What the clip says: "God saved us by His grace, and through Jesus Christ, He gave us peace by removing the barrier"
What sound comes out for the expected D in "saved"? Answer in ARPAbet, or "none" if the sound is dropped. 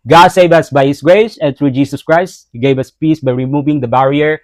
none